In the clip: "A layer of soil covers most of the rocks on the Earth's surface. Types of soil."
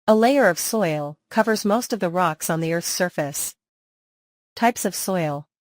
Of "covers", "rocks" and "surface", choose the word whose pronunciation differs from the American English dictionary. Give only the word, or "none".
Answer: none